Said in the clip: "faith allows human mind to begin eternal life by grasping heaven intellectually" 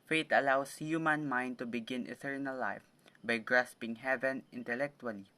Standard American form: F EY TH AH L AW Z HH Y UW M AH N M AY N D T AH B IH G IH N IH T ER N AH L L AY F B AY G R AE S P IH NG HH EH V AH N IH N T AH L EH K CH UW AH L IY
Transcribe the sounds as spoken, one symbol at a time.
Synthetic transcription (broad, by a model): F EY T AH L AW S HH Y UW M AH N M AY N D T AH B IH G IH N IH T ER N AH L L AY F B AY G R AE S P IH NG HH EH V AH N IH N T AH L EH K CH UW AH L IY